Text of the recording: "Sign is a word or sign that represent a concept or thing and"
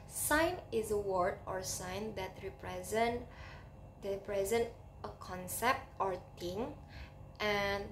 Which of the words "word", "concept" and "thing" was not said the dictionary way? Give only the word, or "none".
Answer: thing